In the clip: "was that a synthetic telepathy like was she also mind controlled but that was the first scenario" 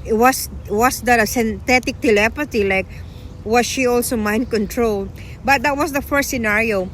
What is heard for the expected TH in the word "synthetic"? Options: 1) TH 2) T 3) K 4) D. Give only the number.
2